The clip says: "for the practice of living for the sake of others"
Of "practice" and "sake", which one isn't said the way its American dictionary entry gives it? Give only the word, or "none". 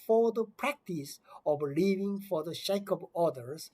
sake